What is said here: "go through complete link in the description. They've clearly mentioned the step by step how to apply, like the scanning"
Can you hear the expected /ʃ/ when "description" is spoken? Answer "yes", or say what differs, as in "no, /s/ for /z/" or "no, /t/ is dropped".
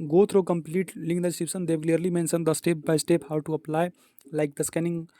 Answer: no, /s/ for /ʃ/